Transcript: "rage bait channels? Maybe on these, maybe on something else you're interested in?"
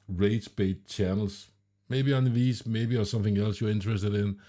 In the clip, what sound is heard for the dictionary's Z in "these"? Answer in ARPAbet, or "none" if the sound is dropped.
S